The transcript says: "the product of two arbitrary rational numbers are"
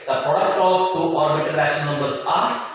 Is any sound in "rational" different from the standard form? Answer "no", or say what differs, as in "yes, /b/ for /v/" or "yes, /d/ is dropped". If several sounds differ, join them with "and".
yes, /n/ is dropped